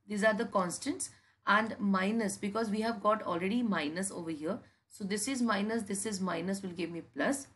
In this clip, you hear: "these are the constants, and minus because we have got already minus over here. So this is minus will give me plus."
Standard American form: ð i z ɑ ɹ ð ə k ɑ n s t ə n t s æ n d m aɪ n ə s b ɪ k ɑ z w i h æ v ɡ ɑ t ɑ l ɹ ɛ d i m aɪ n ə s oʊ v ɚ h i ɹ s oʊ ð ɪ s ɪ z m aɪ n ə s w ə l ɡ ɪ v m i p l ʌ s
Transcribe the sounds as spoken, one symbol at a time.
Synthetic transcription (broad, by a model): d i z ɑ ɹ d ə k ɑ n s t ə n t s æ n d m aɪ n ə s b ɪ k ɑ z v i h æ v ɡ ɑ t ɑ l ɹ ɛ d i m aɪ n ə s oʊ v ɚ h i ɹ s oʊ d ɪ s ɪ z m aɪ n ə s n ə l ɡ ɪ v m i p l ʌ s